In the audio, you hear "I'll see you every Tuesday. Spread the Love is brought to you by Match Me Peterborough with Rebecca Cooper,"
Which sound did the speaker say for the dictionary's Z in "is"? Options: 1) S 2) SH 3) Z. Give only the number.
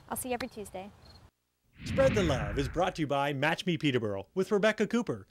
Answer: 3